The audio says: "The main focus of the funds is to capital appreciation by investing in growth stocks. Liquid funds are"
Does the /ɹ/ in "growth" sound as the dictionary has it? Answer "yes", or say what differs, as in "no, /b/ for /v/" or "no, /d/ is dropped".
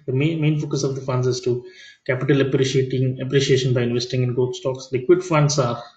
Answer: no, /ɹ/ is dropped